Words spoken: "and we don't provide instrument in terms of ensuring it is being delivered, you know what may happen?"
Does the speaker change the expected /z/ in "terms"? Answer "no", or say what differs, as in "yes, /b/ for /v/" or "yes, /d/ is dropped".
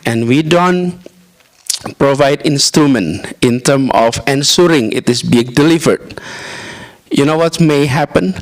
yes, /z/ is dropped